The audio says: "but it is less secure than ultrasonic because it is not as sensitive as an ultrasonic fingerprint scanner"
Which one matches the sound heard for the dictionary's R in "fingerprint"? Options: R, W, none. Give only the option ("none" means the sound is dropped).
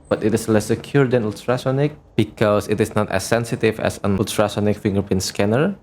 none